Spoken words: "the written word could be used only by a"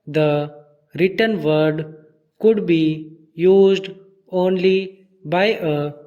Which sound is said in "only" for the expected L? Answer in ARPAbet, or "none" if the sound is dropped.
L